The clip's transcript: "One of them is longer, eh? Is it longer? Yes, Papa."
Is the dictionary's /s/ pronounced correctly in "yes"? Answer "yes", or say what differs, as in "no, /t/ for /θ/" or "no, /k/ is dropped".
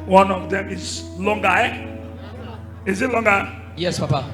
yes